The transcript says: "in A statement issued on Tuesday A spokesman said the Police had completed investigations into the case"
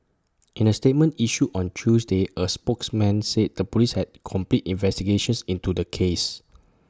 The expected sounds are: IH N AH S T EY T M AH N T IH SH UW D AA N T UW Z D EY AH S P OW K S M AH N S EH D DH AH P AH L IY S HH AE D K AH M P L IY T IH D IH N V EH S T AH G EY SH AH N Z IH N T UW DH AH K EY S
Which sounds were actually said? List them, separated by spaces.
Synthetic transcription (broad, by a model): IH N AH S T EY T M AH N T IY SH UW AA N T UW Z D EY AH S P OW K S M AH N S EH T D AH P AH L IY S HH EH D K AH M P L IY T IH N V EH S T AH G EY SH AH N S IH N T UW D AH K EY S